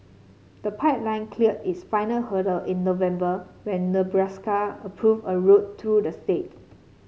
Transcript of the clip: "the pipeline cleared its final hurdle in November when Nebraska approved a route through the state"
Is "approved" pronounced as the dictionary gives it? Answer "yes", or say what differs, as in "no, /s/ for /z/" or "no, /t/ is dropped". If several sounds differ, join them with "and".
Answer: no, /d/ is dropped